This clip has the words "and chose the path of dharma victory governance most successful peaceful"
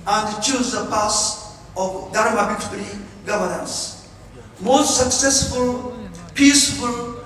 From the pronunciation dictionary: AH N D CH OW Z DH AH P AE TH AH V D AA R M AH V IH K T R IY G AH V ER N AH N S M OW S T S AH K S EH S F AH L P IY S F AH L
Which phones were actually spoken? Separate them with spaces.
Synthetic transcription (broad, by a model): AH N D CH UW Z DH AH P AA S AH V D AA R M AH B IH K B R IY G AH V ER N AH N S M OW S T S AH K S EH S F AH L P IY S F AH L